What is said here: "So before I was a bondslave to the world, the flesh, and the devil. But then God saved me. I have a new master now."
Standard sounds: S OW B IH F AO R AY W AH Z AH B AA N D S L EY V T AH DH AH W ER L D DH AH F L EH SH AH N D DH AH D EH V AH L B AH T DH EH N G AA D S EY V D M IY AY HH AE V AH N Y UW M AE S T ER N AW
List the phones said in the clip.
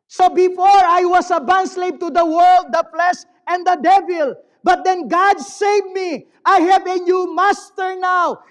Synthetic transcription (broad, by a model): S OW B IH F AO R AY W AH S AH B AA N S L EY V T AH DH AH W ER L D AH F L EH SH AH N D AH D EH V AH L B AH T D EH N G AA D S EY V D M IY AY HH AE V AH N Y UW M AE S T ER N AW